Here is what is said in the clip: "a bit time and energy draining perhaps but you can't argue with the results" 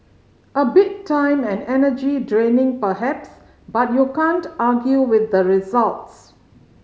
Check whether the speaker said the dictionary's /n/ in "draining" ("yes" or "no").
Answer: yes